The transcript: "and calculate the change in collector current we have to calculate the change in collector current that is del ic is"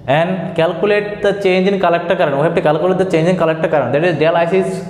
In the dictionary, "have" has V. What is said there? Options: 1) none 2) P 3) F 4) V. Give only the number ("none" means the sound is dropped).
2